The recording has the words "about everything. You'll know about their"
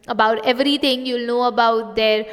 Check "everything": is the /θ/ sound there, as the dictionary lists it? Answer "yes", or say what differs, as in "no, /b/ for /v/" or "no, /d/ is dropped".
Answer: no, /t/ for /θ/